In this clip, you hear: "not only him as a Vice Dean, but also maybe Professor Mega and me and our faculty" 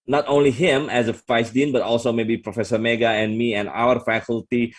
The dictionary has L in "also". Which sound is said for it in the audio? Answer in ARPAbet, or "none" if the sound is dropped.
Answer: L